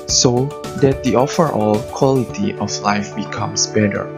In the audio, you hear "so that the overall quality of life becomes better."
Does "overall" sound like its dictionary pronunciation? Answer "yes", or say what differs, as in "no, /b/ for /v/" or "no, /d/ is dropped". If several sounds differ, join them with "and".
no, /f/ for /v/